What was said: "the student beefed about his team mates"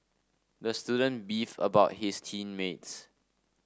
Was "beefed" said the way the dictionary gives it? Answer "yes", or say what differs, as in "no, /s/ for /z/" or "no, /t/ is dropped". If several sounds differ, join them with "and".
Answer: no, /t/ is dropped